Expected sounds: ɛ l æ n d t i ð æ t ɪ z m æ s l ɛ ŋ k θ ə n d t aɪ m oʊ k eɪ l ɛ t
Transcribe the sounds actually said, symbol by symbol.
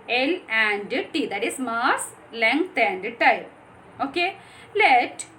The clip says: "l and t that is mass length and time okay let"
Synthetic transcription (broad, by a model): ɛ l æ n d t i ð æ t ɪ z m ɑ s l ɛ ŋ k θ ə n d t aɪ oʊ k eɪ l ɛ t